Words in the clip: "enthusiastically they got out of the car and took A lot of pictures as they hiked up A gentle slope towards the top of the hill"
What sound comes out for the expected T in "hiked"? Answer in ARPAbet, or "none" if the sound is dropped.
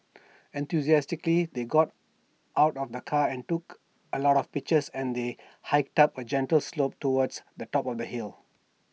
T